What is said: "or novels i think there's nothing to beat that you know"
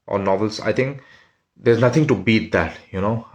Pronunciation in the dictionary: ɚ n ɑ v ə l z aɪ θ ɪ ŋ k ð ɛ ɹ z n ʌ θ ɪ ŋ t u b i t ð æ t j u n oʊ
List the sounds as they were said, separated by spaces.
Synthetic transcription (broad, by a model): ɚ n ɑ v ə l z aɪ t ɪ ŋ k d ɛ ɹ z n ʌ t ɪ ŋ t u b i t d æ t j u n oʊ